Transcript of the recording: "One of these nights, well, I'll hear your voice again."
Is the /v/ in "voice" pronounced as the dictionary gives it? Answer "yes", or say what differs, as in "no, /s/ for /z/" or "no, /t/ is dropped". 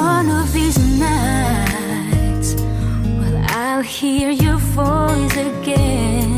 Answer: no, /f/ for /v/